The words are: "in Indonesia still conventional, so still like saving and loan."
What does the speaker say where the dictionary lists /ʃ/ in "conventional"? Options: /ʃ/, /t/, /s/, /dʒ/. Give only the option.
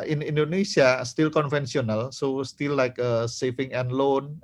/s/